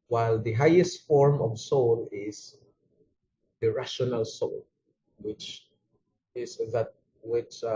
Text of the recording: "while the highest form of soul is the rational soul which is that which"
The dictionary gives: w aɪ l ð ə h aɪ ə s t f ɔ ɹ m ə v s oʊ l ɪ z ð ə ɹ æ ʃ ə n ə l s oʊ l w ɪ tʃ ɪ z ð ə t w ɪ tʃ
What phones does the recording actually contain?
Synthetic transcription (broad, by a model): w aɪ l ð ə h aɪ ə s t f ɔ ɹ m ə v s oʊ l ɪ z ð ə ɹ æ ʃ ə n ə l s oʊ l w ɪ tʃ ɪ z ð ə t w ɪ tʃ